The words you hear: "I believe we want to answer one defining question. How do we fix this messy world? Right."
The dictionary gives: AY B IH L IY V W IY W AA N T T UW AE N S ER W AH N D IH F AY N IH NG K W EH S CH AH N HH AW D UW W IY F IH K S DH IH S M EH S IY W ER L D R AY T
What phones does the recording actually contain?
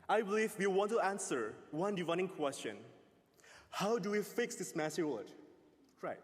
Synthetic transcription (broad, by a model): AY B IH L IY V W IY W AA N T T UW AE N S ER W AH N D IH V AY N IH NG K W EH S CH AH N HH AW D UW W IY F IH K S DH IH S M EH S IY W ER D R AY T